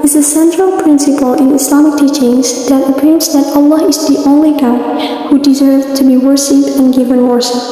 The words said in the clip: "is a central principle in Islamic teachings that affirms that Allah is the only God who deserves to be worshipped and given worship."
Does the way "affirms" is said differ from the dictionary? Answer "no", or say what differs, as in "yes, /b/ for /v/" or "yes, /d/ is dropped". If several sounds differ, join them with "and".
yes, /p/ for /f/